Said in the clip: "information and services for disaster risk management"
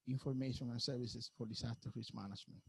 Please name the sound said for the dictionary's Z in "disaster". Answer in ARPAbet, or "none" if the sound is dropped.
S